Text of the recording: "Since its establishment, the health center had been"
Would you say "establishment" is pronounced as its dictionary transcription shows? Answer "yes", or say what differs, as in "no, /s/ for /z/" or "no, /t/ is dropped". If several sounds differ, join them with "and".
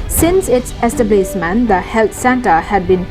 no, /s/ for /ʃ/